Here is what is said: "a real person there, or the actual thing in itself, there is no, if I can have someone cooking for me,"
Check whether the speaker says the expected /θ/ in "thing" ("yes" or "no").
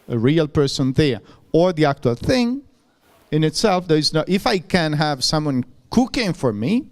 yes